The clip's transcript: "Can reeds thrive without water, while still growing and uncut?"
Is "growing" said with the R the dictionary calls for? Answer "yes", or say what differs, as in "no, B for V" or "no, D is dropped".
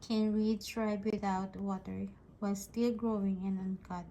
yes